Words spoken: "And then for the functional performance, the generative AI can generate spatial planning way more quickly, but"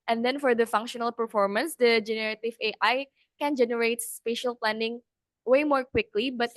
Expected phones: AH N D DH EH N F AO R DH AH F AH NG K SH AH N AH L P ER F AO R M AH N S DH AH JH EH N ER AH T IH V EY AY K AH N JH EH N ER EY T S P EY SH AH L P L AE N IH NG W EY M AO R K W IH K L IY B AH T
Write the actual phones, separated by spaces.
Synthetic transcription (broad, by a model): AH N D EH N F AO R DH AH F AH NG K SH AH N AH L P ER F AO R M AH N S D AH JH EH N ER AH T IH V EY AY K AH N JH EH N ER EY T S P EY SH AH L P L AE N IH NG W EY M AO R K W IH K L IY B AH T